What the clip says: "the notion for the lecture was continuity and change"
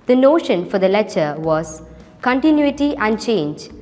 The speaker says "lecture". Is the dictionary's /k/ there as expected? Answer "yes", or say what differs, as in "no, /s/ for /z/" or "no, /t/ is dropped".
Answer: no, /k/ is dropped